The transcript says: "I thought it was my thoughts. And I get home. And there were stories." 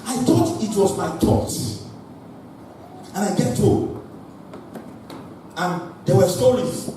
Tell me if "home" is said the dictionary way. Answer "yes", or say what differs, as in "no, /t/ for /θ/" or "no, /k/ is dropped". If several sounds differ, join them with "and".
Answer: no, /m/ is dropped